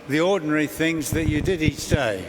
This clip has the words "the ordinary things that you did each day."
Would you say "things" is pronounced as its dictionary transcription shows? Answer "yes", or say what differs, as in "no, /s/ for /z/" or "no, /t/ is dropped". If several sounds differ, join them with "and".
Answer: yes